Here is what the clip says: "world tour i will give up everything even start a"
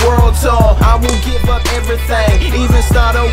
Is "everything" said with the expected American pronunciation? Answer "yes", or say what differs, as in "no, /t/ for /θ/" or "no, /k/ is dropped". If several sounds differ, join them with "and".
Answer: yes